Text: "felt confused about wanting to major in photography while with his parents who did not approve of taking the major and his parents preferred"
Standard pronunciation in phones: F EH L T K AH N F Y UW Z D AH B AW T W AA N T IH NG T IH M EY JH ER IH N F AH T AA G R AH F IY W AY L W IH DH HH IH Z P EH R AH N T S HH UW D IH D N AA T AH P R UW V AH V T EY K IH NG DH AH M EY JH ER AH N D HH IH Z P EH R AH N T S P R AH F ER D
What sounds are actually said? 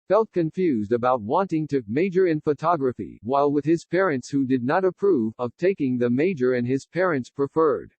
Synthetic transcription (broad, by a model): F EH L T K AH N F Y UW Z D AH B AW T W AA N T IH NG T IH M EY JH ER IH N F AH T AA G R AH F IY W AY L W IH DH IH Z P EH R AH N T S HH UW D IH D N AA T AH P R UW V AH V T EY K IH NG DH AH M EY JH ER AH N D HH IH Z P EH R AH N T S P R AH F ER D